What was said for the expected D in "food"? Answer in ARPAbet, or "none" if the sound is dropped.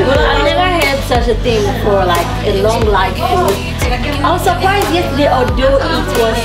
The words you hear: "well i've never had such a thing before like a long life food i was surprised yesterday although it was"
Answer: none